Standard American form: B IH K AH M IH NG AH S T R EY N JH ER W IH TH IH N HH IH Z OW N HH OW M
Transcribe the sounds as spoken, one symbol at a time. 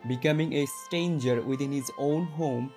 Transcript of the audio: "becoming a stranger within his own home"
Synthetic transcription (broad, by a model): B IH K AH M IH NG AH S T EY N JH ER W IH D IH N HH IH Z OW N HH OW M